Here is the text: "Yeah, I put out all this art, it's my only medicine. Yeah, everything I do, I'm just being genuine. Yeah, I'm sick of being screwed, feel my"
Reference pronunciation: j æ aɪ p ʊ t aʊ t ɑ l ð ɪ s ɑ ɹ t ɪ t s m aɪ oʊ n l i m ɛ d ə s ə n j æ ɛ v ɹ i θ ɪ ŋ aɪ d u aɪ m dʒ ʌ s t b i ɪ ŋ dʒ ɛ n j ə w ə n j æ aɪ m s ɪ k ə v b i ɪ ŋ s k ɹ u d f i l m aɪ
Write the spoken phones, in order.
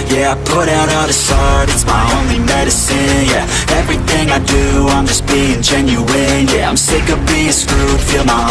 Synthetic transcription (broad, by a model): j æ aɪ p ʊ t aʊ t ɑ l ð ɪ s ɑ ɹ t ɪ t s m aɪ oʊ n l i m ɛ d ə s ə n j æ ɛ v ɹ i θ ɪ ŋ aɪ d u aɪ m dʒ ʌ s b i ɪ ŋ dʒ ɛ n j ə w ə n j æ aɪ m s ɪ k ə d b i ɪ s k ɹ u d f i l m aɪ